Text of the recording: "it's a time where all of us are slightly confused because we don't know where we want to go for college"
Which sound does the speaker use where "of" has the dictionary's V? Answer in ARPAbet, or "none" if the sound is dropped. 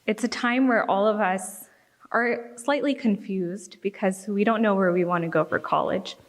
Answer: V